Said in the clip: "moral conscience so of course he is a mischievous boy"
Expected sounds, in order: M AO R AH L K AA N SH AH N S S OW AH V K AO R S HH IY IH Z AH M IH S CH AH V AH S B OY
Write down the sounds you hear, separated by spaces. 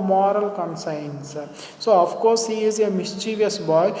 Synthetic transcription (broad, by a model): M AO R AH L K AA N S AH N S S OW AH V K AO R S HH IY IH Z AH M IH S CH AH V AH S B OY